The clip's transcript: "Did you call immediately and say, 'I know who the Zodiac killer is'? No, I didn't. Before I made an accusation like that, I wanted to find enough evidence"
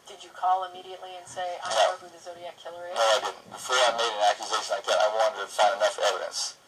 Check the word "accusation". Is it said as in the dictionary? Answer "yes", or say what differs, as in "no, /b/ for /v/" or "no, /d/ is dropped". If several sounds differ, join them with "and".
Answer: yes